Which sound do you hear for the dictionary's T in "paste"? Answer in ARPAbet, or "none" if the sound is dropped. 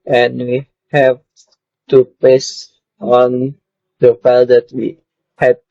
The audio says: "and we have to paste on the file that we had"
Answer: none